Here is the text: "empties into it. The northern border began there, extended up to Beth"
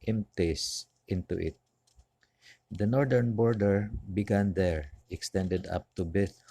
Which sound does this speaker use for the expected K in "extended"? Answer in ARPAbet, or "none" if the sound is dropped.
K